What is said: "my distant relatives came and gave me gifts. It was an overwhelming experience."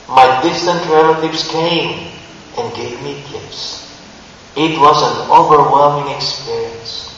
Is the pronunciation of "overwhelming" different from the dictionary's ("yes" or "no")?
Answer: no